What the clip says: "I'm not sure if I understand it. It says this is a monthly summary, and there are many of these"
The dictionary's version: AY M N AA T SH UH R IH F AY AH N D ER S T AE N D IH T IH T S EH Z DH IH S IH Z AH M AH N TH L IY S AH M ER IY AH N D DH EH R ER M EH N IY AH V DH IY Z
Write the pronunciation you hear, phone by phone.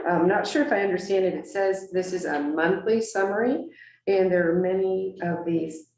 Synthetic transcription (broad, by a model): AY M N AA T SH UH R IH F AY AH N D ER S T AE N D IH T IH T S EH Z DH IH S IH Z AH M AH N TH L IY S AH M ER IY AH N DH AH R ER M EH N IY AH V DH IY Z